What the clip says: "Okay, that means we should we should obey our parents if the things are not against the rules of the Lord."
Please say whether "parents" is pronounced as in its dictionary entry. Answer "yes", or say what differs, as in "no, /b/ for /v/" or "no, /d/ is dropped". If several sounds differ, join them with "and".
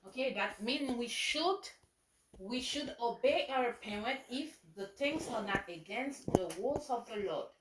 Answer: no, /s/ is dropped